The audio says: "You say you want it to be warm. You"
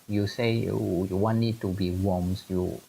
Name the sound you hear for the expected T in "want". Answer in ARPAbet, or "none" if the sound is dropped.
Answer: none